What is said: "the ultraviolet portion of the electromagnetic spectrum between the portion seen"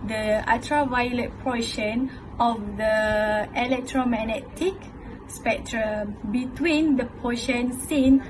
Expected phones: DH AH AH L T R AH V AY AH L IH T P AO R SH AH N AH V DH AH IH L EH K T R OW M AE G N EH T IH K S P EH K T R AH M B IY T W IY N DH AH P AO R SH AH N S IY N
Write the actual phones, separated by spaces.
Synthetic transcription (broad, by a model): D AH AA T R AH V AY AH L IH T P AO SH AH N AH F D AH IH L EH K T R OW M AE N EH T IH K S P EH K T R AH M B IY T W IY N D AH P AO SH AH N S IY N